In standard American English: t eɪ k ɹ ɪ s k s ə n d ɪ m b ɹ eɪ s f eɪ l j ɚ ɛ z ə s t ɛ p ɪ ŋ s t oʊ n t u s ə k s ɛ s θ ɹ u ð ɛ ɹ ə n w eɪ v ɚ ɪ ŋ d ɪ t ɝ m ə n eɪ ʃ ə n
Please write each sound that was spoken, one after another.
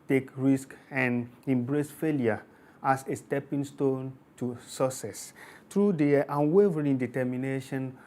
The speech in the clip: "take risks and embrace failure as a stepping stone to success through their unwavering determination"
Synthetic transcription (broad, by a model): t eɪ k ɹ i s k ə n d ɪ m b ɹ eɪ s f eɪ l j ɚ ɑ s ə s t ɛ p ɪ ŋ s t oʊ n t u s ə s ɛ s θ ɹ u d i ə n w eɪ v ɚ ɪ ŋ d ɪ t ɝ m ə n eɪ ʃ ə n